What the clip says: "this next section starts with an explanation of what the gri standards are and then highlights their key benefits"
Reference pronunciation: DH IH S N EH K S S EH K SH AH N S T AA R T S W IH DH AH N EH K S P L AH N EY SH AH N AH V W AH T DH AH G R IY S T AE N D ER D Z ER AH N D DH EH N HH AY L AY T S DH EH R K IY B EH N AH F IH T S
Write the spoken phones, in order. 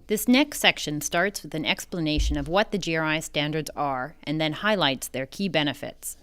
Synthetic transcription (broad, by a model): DH IH S N EH K S S EH K SH AH N S T AA R T S W IH DH AH N EH K S P L AH N EY SH AH N AH V W AH T DH AH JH R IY S T AE N D ER D Z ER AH N DH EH N HH AY L AY T S DH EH R K IY B EH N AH F IH T S